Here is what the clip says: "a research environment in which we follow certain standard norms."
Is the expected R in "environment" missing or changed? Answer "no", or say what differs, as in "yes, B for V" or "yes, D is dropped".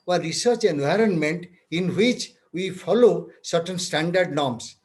no